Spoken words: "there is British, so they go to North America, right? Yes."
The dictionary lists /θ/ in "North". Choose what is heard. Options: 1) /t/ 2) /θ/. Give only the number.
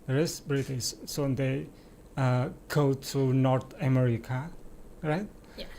1